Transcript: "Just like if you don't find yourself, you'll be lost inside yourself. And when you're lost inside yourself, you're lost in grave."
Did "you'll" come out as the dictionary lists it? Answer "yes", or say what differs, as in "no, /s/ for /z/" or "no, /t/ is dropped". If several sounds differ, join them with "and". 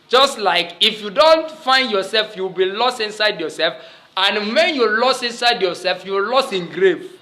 no, /w/ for /l/